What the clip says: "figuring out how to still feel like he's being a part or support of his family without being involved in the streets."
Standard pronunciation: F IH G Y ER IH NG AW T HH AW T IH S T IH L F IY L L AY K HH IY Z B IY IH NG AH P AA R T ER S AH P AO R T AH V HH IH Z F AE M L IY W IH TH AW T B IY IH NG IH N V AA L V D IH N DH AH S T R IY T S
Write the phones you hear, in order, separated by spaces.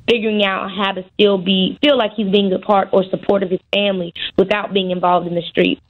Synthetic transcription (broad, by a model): F IH G Y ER IH NG AW T HH AW T IH S T IH L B IY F L AY K HH IY Z B IY IH NG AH P AA R T ER S AH P AO R T AH V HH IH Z F AE M L IY W IH TH AW T B IY IH NG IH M V AA L V D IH N DH AH S T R IY T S